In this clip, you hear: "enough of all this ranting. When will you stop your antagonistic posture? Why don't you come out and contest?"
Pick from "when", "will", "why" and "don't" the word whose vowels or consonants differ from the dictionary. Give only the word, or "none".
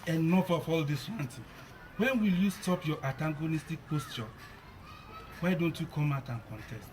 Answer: none